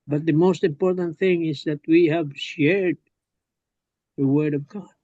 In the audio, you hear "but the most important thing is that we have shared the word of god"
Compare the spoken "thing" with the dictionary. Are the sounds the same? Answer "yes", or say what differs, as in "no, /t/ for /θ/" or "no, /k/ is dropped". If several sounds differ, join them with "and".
yes